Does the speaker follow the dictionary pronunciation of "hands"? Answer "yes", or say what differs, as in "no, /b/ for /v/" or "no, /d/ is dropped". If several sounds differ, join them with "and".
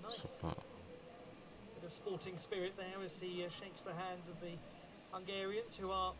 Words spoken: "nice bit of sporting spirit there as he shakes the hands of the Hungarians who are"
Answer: yes